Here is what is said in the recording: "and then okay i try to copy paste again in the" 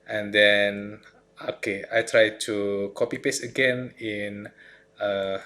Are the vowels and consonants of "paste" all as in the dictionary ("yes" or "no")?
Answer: no